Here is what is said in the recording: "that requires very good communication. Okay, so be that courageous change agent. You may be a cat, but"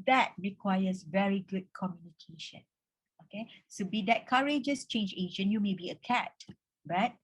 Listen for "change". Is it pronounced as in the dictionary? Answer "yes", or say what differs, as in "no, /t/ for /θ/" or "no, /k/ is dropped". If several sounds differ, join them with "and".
yes